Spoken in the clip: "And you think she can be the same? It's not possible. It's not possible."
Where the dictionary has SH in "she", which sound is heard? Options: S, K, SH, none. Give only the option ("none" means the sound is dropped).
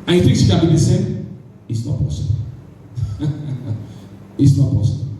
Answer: S